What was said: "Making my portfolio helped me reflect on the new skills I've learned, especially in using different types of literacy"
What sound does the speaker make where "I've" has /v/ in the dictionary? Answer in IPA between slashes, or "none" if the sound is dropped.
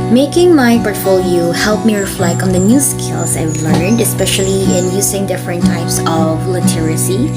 /w/